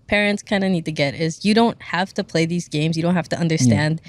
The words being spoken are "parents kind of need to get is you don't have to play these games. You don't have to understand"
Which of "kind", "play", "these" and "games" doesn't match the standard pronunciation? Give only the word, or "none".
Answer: none